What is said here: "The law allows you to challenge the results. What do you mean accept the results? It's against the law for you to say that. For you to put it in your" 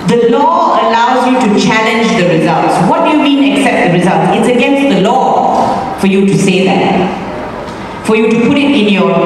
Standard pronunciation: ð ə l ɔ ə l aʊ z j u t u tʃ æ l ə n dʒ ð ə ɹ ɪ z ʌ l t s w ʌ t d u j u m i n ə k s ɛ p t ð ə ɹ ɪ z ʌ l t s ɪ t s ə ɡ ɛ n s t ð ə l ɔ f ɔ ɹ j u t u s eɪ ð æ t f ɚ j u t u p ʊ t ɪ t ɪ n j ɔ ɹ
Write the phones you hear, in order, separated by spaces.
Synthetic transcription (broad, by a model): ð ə l ɔ ə l aʊ z j u t u tʃ æ l ə n dʒ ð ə ɹ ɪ z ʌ l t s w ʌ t d u j u m i n ə k s ɛ p t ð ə ɹ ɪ z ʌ l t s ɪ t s ə ɡ ɛ n s t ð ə l ɔ f ɔ ɹ j u t u s eɪ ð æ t f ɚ j u t u p ʊ t ɪ t ɪ n j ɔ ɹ